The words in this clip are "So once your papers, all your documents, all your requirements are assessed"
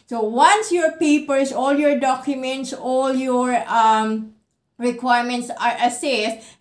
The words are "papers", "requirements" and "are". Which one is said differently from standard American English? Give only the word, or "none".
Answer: papers